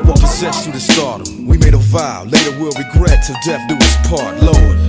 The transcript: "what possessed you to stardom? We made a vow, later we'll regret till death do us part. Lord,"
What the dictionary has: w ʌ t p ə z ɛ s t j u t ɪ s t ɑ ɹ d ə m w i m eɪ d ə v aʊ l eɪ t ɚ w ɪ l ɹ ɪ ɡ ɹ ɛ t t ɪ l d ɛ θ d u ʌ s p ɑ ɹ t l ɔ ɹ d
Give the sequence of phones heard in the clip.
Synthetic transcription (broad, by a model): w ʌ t p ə z ɛ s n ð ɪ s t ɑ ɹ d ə w i m eɪ d ə v aʊ l eɪ t ɚ w ɪ l ɹ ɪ ɡ ɹ ɛ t t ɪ d ɛ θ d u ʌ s p ɑ ɹ t l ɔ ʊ